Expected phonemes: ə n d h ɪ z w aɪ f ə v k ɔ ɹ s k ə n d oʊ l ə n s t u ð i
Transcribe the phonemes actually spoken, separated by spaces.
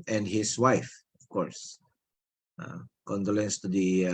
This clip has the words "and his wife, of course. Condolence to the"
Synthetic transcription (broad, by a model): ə n d h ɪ s w aɪ f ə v k ɔ ɹ s k ə n d oʊ l ə n s t u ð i